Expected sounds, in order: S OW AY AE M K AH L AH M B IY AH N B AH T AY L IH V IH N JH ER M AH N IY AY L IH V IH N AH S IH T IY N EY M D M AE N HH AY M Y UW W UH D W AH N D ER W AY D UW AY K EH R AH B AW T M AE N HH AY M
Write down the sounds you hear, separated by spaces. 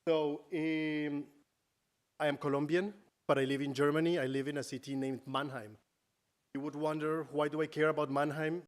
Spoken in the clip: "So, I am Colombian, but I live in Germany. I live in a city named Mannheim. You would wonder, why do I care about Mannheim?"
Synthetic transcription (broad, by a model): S OW AY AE M K AH L AH M B IY AH N B AH T AY L IH V IH N JH ER M AH N IY AY L IH V IH N AH S IH T IY N EY M D M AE N HH AY M Y UW W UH D W AH N D ER W AY D UW AY K EH R AH B AW T M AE N HH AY M